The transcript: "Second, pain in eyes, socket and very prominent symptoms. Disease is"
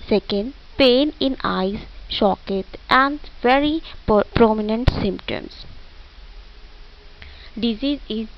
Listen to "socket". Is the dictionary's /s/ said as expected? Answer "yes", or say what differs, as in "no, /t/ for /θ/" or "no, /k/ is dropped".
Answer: no, /ʃ/ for /s/